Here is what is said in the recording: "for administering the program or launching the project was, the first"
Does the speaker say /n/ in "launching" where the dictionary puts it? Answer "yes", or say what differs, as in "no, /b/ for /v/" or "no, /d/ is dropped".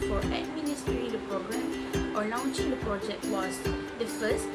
yes